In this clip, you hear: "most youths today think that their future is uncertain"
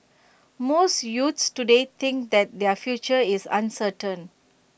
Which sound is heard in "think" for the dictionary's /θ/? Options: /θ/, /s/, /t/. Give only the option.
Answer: /t/